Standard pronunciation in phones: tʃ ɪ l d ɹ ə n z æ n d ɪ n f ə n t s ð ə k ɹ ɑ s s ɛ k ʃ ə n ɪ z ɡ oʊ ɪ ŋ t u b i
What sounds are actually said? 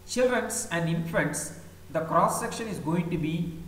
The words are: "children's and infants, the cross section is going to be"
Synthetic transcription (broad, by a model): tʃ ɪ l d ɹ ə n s æ n d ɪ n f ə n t s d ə k ɹ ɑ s s ɛ k ʃ ə n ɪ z ɡ oʊ ɪ ŋ t u b i